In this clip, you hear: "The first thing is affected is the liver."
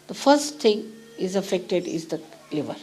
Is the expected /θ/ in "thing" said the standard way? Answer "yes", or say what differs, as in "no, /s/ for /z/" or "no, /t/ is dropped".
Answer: no, /t/ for /θ/